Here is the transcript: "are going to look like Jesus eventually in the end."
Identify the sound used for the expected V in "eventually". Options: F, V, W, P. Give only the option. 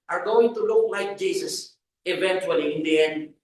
V